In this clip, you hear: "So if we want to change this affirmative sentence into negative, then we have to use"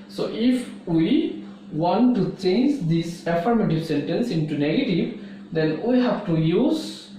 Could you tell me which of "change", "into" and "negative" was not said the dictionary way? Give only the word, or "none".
none